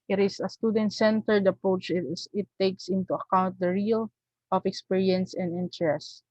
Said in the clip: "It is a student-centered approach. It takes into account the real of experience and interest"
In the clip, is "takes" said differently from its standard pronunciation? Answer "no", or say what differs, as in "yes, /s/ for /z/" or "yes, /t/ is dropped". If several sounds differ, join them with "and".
no